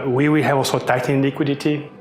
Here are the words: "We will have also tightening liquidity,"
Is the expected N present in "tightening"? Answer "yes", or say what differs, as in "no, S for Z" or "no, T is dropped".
no, N is dropped